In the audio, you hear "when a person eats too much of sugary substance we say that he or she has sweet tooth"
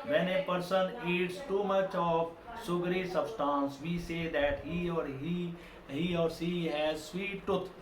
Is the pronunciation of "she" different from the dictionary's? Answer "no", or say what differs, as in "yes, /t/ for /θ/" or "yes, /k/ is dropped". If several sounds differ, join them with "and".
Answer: yes, /s/ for /ʃ/